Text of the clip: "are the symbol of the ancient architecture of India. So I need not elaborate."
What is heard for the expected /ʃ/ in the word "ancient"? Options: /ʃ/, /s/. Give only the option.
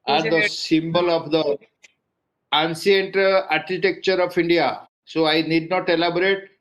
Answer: /s/